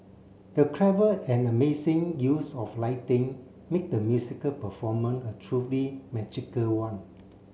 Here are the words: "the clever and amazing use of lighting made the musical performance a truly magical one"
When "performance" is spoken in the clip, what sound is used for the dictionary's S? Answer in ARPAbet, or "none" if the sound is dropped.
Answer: none